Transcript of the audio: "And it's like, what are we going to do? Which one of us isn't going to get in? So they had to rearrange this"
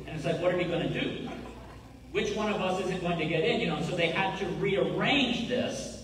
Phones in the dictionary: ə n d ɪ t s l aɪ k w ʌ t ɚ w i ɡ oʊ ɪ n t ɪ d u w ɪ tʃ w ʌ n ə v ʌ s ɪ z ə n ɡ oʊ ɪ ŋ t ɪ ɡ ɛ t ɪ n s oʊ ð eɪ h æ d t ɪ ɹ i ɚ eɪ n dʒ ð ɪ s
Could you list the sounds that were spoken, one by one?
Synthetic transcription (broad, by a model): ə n ɪ t s l aɪ k w ʌ t ɚ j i ɡ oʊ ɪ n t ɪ d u w ɪ tʃ w ʌ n ə v ʌ s ɪ z ə n ɡ oʊ ɪ ŋ t ɪ ɡ ɛ t ɪ n s oʊ ð eɪ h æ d t ɪ ɹ i ɚ eɪ n dʒ ð ɪ s